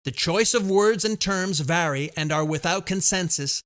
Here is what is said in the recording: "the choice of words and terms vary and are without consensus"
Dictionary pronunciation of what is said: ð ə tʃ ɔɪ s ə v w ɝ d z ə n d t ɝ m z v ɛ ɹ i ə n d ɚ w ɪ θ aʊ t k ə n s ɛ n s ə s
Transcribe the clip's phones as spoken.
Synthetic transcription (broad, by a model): ð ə tʃ ɔɪ s ə v w ɝ d z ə n t ɝ m z v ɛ ɹ i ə n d ɚ w ɪ θ aʊ t k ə n s ɛ n s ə s